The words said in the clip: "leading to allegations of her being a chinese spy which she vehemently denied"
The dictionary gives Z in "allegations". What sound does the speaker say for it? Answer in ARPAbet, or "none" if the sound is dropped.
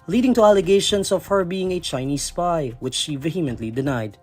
S